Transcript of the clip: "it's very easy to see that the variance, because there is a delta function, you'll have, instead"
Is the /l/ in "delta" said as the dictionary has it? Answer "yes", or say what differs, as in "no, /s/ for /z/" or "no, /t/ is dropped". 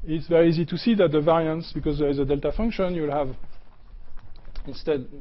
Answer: yes